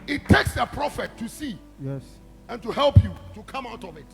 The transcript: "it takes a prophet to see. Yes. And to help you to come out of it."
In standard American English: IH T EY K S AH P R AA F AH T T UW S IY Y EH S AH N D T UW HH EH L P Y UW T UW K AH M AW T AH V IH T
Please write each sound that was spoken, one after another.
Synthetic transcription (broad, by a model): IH T EY K S AH P R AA F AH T T UW S IY Y EH S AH N T UW HH EH L P Y UW T UW K AH M AW T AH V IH T